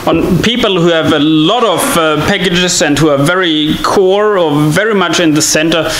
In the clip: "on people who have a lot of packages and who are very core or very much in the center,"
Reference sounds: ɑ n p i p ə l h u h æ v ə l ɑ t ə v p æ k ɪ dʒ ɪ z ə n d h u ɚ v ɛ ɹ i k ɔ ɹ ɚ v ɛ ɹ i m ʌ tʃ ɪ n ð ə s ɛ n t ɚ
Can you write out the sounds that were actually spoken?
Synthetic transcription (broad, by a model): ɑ n p i p ə l h u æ v ə l ɑ t ə v p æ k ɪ dʒ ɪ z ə n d h u ɚ v ɛ ɹ i k ɔ ɹ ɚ v ɛ ɹ i m ʌ tʃ ɪ n ð ə s ɛ n t ɚ